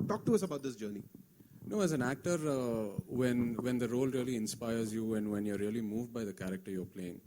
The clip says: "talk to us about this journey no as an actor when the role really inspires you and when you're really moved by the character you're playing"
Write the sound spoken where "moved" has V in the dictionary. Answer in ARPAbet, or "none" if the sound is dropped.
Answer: V